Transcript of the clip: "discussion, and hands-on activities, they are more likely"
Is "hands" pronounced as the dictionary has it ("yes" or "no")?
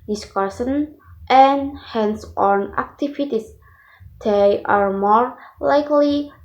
no